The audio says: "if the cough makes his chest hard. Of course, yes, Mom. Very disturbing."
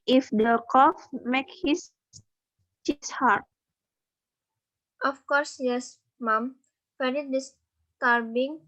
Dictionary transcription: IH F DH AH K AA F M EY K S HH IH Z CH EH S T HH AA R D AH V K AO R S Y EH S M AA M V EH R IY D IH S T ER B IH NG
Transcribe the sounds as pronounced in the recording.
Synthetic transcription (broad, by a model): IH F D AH K AA F M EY K HH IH S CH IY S HH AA R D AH F K AO R S Y EH S M AA M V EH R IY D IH S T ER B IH NG